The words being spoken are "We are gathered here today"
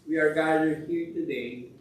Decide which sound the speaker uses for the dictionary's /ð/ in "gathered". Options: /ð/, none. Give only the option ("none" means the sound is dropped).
none